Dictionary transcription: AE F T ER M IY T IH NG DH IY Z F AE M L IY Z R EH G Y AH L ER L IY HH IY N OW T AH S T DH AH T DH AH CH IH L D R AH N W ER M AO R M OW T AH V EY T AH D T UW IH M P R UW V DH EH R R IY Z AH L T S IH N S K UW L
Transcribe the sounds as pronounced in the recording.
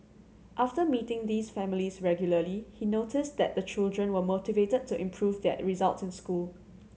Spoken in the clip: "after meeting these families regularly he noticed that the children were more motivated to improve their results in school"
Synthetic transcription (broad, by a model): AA F T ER M IY T IH NG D IY S F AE M L IY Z R EH G Y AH L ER L IY HH IY N OW T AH S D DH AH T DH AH CH IH L D R AH N W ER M M OW T AH V EY T AH D T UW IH M P R UW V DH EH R R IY Z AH L T S IH N S K UW L